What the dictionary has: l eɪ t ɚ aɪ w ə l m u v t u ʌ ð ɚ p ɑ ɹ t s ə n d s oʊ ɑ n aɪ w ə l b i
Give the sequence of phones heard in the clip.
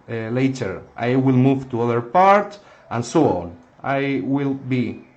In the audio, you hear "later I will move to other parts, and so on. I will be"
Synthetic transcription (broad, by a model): l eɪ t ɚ aɪ w ə l m u v t u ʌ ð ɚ p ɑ ɹ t ə n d s oʊ ɑ n aɪ w ə l b i